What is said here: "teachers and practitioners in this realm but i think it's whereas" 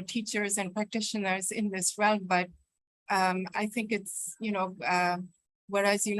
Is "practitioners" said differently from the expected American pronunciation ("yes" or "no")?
no